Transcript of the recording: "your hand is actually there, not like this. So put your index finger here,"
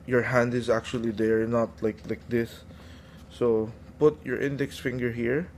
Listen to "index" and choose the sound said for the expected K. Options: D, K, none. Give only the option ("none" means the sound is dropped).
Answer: K